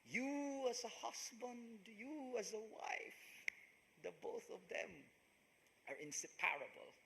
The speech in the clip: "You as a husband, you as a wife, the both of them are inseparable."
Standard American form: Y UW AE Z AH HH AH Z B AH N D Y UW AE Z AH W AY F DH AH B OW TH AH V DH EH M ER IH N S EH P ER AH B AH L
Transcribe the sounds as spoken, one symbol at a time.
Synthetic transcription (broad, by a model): Y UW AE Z AH HH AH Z B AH N D Y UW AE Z AH W AY F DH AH B OW TH AH V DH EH M ER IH N S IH P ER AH B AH L